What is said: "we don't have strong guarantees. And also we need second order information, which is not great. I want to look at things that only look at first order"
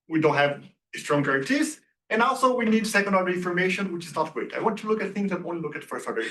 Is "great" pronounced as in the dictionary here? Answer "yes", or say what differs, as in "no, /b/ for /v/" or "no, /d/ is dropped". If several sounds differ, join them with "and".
no, /w/ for /ɹ/